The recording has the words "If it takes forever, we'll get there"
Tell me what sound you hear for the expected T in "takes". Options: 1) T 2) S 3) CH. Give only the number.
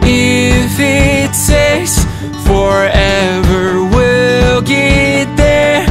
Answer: 2